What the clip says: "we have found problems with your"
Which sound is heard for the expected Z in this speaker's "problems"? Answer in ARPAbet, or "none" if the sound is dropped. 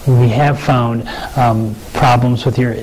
Z